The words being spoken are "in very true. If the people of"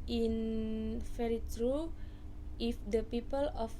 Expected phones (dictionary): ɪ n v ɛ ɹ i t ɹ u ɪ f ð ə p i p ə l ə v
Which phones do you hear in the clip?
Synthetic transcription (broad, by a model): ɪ n f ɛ ɹ i t ɹ u ɪ f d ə p i p ə l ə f